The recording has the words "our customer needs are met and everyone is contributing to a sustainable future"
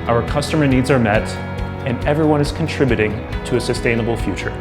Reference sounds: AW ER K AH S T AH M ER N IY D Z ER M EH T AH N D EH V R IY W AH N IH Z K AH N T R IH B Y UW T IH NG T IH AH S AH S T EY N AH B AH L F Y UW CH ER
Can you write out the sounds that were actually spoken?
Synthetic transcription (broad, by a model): AW ER K AH S T AH M ER N IY D Z ER M EH T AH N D EH V R IY W AH N IH Z K N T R IH B Y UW T IH NG T IH AH S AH S T EY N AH B L F Y UW CH ER